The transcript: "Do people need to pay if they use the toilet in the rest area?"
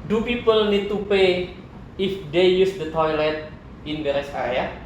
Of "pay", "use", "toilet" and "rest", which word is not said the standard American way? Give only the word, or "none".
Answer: rest